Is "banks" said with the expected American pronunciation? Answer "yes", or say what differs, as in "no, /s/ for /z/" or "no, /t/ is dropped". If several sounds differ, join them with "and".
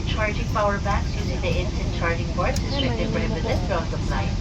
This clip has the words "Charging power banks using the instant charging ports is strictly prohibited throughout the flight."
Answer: no, /ŋ/ is dropped